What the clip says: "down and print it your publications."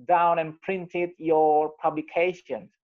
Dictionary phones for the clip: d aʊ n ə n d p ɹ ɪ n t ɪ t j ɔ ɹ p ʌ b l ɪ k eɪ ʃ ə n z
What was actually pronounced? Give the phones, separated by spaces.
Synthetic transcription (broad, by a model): d aʊ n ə n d p ɹ ɪ n t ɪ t j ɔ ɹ p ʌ b l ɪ k eɪ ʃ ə n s